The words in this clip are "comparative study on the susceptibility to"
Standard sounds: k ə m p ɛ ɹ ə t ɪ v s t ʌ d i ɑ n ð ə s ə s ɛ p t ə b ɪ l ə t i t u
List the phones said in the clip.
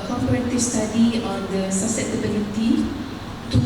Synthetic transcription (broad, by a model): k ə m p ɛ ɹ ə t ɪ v s t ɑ d i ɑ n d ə s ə s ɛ t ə b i l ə t i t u